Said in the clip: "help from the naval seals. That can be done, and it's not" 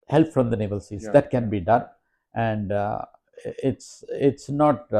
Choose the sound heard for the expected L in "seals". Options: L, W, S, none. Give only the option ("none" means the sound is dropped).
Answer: none